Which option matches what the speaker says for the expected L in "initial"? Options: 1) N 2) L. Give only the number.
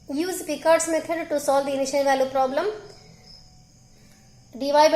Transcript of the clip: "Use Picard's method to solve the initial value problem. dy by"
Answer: 1